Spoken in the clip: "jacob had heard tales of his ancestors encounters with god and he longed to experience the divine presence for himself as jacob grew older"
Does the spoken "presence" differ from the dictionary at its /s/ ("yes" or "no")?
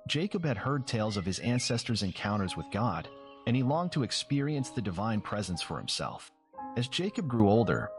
no